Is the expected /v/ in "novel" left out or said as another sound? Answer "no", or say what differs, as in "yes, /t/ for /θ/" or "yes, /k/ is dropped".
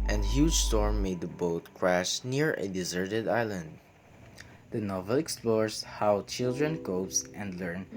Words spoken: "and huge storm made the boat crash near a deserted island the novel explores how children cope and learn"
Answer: no